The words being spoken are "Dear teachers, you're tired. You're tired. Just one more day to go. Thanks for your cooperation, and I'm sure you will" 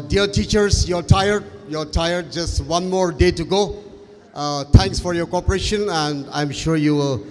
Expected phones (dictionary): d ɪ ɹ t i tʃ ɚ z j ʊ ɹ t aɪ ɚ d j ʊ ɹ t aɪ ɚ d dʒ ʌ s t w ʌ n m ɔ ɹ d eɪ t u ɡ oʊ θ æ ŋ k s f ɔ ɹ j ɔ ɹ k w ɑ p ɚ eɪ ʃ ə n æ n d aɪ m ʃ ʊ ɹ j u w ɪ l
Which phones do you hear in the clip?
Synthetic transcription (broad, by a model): d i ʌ t i tʃ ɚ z j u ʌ t aɪ ɚ d j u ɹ t aɪ ɚ d dʒ ʌ s t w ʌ n m ɔ ɹ d eɪ t u ɡ oʊ t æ ŋ k s f ɔ ɹ j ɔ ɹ k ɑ p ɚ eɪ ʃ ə n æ n d aɪ m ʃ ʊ ɹ j u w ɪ l